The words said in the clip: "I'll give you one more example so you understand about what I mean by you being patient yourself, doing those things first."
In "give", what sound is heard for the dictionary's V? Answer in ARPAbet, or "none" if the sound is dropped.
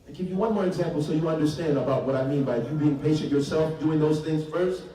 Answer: V